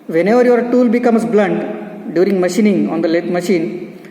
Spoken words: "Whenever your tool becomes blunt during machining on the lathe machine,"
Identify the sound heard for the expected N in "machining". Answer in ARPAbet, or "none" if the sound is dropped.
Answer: N